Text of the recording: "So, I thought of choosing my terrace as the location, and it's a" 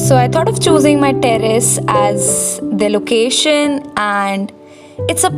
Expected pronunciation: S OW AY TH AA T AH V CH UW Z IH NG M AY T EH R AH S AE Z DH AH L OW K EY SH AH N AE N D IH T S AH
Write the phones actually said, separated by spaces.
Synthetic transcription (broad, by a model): S OW AY T AA T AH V CH UW Z IH NG M AY T EH R AH S AE Z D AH L OW K EY SH AH N AE N D IH T S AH